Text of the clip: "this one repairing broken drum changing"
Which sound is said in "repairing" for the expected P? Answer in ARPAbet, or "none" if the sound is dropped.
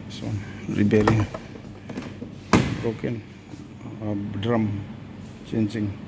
B